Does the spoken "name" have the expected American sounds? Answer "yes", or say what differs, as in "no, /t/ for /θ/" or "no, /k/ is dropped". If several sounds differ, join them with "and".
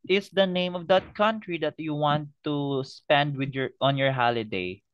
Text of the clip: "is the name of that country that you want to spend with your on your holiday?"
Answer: yes